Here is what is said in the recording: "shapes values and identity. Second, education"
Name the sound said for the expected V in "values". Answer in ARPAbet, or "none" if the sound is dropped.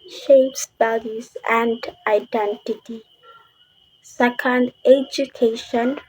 B